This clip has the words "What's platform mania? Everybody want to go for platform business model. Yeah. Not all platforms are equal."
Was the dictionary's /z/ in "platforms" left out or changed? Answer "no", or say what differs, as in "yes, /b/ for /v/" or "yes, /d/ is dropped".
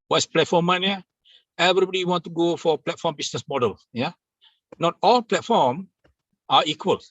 yes, /z/ is dropped